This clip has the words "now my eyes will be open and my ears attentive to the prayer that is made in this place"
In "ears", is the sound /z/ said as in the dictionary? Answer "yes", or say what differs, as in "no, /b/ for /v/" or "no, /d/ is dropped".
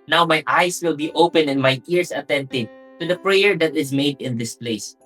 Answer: no, /s/ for /z/